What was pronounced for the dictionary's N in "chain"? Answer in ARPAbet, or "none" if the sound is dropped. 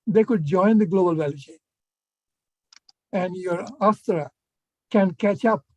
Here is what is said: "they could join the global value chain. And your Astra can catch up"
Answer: none